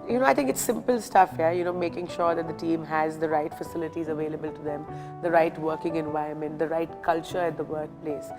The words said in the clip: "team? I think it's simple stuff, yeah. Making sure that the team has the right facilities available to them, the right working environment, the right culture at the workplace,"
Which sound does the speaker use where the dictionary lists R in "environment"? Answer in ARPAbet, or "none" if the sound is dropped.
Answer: none